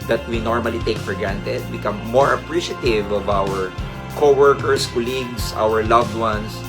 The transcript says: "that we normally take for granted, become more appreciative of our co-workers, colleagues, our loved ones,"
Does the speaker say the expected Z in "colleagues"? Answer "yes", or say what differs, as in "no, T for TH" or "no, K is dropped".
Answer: no, S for Z